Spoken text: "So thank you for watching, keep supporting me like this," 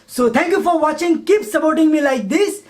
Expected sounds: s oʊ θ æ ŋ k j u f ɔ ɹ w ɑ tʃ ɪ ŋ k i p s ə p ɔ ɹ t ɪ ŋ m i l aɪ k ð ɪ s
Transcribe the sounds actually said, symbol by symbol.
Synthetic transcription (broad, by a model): s oʊ t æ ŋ k j u f ɔ ɹ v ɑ tʃ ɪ ŋ k i p s ə p ɔ ɹ t ɪ ŋ m i l aɪ k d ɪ s